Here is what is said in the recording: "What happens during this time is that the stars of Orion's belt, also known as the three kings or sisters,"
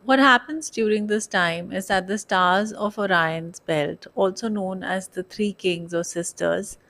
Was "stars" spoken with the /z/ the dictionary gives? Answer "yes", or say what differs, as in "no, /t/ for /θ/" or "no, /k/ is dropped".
yes